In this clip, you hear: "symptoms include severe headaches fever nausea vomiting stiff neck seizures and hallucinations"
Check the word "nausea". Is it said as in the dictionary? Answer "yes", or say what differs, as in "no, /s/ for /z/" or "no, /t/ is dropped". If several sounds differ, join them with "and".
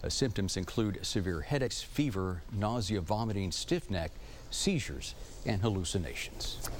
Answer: yes